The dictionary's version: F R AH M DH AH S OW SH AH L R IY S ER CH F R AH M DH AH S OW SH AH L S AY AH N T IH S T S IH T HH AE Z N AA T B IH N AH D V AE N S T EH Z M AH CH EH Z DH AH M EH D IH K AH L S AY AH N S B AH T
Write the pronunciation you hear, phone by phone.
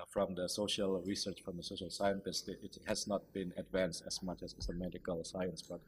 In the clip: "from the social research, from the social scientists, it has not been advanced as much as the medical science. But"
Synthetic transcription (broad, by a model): F R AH M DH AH S OW SH AH L R IY S ER CH F R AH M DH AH S OW SH AH L S AY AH N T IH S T IH T HH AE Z N AA T B IH N AH D V AE N S T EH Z M AH CH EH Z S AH M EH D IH K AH L S AY AH N S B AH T